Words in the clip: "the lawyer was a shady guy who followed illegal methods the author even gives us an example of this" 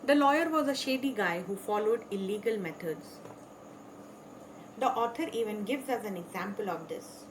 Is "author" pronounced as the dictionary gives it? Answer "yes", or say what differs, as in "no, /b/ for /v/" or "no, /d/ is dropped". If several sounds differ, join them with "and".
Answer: no, /t/ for /θ/